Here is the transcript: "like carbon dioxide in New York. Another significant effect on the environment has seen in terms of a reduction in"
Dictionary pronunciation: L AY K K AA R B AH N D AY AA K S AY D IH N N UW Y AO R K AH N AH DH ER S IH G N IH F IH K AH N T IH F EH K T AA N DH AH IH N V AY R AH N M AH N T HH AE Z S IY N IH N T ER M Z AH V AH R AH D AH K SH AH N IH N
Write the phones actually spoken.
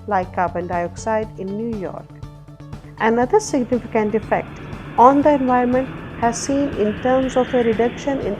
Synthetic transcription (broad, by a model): L AY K K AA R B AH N D AY AA K S AY D IH N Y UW Y AO R K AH N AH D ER S IH G N IH F IH K AH N T IH F EH K T AA N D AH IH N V AY AH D M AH N T HH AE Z S IY N IH N T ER M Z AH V AH R AH D AH K SH AH N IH N